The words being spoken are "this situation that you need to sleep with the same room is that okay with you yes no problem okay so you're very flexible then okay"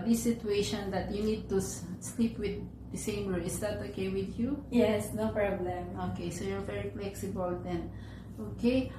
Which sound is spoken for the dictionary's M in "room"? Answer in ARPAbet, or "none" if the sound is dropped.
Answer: none